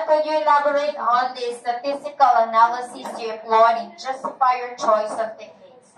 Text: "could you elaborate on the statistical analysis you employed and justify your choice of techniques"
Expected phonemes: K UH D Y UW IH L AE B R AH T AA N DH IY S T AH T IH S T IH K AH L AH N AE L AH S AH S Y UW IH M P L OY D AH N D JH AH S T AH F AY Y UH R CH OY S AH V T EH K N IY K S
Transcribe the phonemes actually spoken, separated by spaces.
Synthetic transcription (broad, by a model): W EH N Y UW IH L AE B R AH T AA N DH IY S T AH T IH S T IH K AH L AH N AE L AH S AH S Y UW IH P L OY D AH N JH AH S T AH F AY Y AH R CH OY S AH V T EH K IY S